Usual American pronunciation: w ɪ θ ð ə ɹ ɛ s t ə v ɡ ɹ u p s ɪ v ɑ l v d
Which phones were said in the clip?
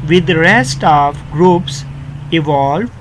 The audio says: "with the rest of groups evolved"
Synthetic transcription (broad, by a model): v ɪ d ɹ ɛ s t ə v ɡ ɹ u p s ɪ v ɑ l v